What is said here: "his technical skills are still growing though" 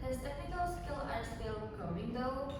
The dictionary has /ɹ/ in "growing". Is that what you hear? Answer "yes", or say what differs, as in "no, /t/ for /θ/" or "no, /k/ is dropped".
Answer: no, /ɹ/ is dropped